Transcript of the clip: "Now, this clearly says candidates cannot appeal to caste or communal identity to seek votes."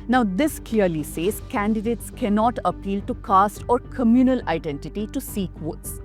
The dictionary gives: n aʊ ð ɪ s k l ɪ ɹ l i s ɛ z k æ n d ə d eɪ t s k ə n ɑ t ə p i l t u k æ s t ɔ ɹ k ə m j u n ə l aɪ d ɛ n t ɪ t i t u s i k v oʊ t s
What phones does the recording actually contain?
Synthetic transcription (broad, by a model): n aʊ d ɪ s k l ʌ ɹ l i s ɛ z k æ n d ə d eɪ t s k ə n ɑ t ə p i l t u k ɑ s t ɔ ɹ k ə m j u n ə l aɪ d ɛ n t ɪ t i t u s i k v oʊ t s